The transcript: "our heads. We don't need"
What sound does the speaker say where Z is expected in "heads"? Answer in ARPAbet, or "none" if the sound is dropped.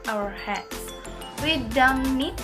none